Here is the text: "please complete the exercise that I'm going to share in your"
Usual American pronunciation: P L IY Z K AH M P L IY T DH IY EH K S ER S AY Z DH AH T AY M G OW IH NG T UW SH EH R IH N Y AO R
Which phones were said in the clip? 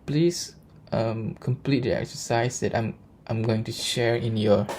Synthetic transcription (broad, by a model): P L IY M K AH M P L IY T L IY EH K S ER S AY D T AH T AY M G OW IH NG T UW SH EH R IH N Y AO